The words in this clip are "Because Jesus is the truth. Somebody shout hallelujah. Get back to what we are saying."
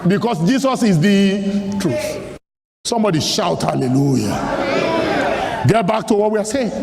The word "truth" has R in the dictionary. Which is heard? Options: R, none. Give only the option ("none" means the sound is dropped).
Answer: R